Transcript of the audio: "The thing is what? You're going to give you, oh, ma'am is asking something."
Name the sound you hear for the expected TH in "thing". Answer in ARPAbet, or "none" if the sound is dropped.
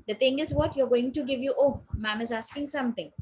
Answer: T